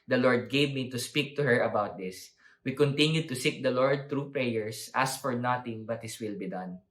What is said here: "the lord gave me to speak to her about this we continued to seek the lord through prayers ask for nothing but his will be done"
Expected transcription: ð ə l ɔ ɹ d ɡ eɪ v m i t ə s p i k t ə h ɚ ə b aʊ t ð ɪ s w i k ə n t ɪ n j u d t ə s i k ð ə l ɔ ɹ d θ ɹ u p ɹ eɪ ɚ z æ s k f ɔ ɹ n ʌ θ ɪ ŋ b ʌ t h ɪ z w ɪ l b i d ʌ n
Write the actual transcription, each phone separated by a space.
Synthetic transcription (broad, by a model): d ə l ɔ ɹ d ɡ eɪ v m i t ə s p i k t ə h ɚ ə b aʊ t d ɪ s w i k ə n t ɪ n j u d t ə s i k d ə l ɔ ɹ d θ ɹ u p ɹ eɪ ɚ s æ s f ɔ ɹ n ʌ t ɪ ŋ b ʌ t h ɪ s w ɪ l b i d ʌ n